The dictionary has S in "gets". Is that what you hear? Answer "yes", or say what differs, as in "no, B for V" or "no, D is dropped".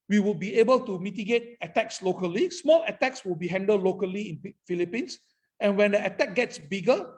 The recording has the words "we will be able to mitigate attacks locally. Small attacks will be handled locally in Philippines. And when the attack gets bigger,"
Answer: yes